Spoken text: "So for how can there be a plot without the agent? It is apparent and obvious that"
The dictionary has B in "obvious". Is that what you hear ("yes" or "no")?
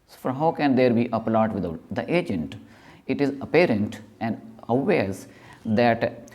no